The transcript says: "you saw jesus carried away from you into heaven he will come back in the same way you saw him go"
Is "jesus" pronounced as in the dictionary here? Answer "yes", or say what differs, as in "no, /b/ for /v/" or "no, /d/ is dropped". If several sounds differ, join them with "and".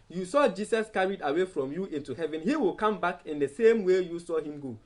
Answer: no, /s/ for /z/